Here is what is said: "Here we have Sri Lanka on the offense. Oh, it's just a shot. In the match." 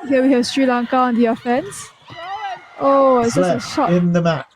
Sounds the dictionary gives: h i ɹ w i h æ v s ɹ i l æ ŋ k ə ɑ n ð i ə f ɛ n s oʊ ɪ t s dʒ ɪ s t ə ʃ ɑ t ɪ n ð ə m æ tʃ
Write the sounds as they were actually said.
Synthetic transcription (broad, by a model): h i w i h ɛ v s ɹ i l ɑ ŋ k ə ɑ n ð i ə f ɛ n s oʊ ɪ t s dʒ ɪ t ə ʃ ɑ ɪ n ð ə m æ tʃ